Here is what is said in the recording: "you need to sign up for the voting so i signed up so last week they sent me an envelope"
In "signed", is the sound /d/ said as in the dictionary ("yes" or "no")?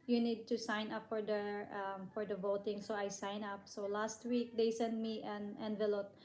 no